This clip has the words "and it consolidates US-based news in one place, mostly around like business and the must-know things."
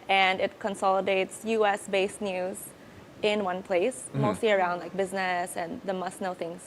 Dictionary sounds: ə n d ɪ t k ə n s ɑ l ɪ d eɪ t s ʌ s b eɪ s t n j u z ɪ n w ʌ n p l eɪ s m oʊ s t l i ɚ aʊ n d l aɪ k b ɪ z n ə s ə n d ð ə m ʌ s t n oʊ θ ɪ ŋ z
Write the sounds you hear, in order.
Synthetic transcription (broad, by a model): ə n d ɪ t k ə n s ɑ l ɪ d eɪ t s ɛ s b eɪ s n j u z ɪ n w ʌ n p l eɪ s m oʊ s t l i ɚ aʊ n d l aɪ k b ɪ z n ə s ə n ð ə m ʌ s n oʊ θ ɪ ŋ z